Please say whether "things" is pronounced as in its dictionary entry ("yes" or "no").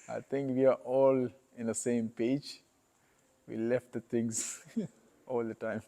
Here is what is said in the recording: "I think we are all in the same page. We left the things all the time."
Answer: no